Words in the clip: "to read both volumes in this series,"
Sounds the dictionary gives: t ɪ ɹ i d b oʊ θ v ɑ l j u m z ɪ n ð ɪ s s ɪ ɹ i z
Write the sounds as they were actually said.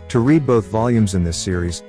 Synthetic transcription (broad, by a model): t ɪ ɹ i d b oʊ θ v ɑ l j u m z ɪ n ð ɪ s s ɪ ɹ i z